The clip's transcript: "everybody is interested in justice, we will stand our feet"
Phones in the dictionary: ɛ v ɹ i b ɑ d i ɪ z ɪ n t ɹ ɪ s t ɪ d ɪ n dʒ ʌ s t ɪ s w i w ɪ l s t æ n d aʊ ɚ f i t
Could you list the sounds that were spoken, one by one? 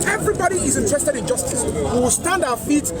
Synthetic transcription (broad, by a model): ɛ v ɹ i b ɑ d i ɪ z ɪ n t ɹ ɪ s t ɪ d ɪ n dʒ ʌ s t ɪ s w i w ɪ l s t æ n d aʊ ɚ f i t